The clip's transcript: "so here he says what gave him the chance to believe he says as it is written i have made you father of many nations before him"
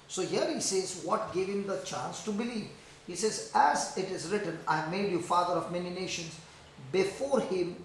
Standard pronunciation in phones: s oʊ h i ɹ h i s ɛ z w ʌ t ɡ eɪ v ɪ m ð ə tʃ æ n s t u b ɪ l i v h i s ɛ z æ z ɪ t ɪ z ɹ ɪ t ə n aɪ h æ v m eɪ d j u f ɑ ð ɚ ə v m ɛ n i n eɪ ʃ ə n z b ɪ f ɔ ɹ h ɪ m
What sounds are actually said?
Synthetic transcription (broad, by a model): s oʊ h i ɹ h i s ɛ z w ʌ t ɡ eɪ v ɪ m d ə tʃ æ n s t u b ɪ l i v h i s ɛ z æ z ɪ t ɪ z ɹ ɪ t ə n aɪ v m eɪ d j u f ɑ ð ɚ ə v m ɛ n i n eɪ ʃ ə n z b ɪ f ɔ ɹ h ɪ m